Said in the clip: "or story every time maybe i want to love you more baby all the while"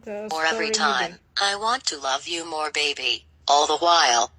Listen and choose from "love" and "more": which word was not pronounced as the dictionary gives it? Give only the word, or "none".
none